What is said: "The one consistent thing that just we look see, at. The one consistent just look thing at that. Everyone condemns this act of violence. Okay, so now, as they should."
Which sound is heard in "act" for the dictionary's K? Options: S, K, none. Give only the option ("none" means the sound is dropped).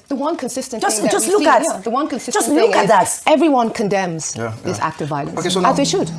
K